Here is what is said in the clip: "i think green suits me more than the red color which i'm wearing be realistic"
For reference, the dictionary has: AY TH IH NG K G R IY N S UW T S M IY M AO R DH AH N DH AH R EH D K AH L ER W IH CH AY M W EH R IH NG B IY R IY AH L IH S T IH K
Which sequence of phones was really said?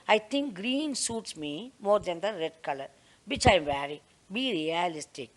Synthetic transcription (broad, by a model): AY T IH NG K G R IY N S UW T S M IY M AO R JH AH N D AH R EH D K AH L ER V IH CH AY M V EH R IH B IY R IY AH L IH S T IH K